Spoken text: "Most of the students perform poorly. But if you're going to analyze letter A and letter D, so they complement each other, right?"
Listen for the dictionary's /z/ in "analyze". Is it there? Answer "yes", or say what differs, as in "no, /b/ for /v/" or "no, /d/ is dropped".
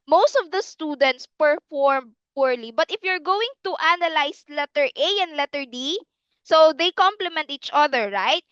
no, /s/ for /z/